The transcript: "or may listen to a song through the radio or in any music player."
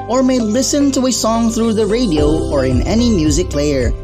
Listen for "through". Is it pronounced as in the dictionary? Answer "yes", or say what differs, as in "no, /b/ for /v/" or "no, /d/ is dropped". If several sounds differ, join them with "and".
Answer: yes